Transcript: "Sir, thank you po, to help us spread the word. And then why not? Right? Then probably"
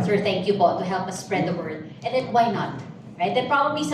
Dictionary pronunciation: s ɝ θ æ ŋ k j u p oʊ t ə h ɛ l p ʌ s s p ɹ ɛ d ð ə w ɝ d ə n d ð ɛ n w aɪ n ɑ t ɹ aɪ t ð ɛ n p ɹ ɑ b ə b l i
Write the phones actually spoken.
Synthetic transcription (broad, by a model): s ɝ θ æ ŋ k j u b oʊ t ə h ɛ l p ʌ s s p ɹ ɛ d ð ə w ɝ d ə n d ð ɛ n w aɪ n ɑ t ɹ aɪ t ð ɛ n p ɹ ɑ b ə b l i